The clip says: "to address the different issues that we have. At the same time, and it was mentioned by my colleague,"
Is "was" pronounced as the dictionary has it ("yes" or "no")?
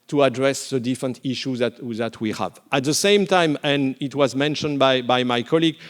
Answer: yes